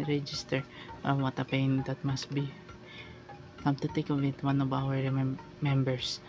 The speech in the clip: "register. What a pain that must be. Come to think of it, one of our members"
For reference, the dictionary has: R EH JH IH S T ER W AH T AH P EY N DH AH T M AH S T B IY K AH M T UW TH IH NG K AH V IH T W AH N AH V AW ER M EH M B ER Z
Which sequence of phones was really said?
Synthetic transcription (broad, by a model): R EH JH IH S T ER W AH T AH P EY N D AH T M AH S T B IY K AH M T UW T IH K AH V IH T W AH N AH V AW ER M EH M B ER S